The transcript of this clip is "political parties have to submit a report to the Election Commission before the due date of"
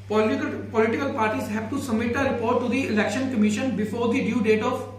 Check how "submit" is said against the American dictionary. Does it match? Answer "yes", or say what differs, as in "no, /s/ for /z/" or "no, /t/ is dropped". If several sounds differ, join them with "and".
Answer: no, /b/ is dropped